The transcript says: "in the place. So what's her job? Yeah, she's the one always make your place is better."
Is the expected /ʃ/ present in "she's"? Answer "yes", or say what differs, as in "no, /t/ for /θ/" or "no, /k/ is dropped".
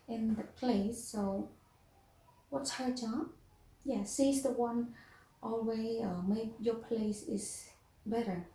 no, /s/ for /ʃ/